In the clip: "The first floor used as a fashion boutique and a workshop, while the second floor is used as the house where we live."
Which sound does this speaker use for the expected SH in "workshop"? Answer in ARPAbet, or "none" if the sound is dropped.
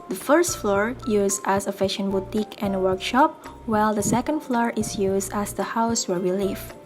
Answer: SH